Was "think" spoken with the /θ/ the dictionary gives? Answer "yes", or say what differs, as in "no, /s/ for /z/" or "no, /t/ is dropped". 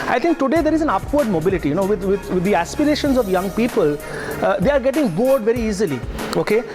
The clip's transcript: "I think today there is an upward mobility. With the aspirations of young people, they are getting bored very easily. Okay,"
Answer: no, /t/ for /θ/